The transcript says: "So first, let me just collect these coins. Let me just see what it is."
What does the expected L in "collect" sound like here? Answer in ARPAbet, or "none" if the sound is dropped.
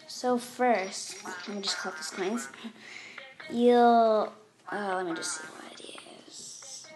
none